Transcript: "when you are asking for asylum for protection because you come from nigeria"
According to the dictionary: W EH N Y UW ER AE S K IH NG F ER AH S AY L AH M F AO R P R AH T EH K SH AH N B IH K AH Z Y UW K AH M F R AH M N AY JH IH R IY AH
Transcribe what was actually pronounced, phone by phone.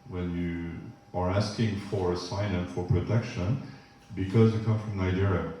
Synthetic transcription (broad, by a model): W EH N Y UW ER AE S K IH NG F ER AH S AY N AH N F AO R P R AH T EH K SH AH N B IH K AH Z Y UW K AH M F R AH M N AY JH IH R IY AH